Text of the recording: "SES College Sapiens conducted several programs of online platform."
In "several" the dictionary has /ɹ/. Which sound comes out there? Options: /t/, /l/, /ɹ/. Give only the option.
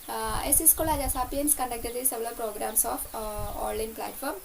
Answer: /l/